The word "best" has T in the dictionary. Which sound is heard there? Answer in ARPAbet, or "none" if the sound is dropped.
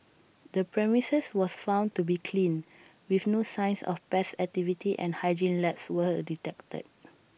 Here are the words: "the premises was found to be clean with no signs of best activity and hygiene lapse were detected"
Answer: none